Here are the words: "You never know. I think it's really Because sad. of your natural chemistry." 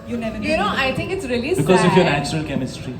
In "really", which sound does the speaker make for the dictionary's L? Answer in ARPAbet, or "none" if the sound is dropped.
L